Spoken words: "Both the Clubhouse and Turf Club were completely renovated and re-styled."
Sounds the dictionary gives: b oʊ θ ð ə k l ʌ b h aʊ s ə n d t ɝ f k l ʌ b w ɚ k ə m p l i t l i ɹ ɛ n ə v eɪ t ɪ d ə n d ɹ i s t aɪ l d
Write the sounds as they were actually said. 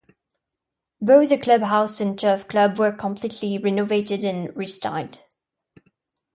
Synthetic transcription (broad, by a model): b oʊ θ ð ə k l ʌ b h aʊ s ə n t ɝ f k l ʌ b w ɚ k ə m p l i t l i ɹ ɛ n ə v eɪ t ɪ d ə n ɹ i s t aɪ d